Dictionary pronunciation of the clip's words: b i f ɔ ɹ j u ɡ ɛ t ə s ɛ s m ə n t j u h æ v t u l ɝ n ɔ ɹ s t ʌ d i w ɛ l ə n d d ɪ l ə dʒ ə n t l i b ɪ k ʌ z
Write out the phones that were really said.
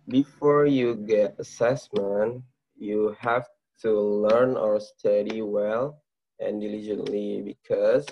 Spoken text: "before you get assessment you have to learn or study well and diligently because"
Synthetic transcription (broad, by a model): b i f ɔ ɹ j u ɡ ɛ t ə s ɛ s m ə n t j u h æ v t u l ɝ n ɔ ɹ s t ʌ d i w ɛ l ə n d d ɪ l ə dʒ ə n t l i b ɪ k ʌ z